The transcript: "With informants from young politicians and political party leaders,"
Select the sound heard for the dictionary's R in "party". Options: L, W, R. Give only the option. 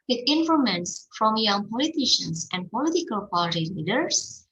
L